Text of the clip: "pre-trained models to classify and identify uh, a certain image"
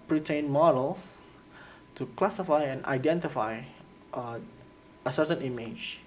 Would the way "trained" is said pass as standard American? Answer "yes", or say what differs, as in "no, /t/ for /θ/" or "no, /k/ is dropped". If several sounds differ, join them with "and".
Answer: no, /ɹ/ is dropped